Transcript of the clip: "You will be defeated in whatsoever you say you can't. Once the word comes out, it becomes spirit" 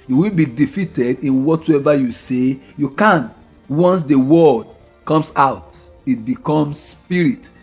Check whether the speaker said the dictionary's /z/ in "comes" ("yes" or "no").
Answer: no